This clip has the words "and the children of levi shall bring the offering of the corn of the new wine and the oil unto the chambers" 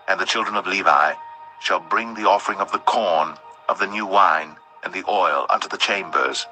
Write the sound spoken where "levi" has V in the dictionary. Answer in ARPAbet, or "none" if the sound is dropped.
V